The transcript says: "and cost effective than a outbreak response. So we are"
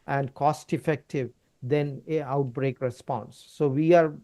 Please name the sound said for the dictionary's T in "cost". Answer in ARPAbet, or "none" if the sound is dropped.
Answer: T